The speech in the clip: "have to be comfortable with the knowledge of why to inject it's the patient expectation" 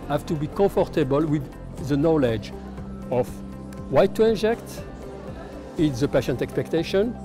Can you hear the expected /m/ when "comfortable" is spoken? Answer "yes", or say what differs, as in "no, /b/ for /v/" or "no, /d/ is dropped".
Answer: no, /m/ is dropped